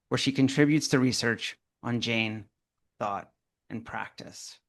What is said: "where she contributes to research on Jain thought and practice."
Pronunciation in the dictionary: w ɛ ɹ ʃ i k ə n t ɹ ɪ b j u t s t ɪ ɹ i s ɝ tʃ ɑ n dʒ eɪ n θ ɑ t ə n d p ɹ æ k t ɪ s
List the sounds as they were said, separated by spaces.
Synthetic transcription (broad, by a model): w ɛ ɹ ʃ i k ə n t ɹ ɪ b j u t s t ɪ ɹ i s ɝ tʃ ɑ n dʒ eɪ n θ ɑ t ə n p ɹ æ k t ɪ s